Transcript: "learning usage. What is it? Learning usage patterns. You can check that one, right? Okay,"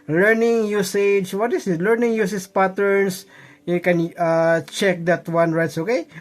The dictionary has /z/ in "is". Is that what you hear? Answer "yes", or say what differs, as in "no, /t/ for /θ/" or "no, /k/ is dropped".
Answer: no, /s/ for /z/